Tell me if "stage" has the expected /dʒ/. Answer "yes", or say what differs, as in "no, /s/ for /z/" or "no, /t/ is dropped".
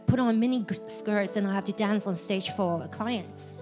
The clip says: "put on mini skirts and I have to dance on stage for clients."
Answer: no, /ʒ/ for /dʒ/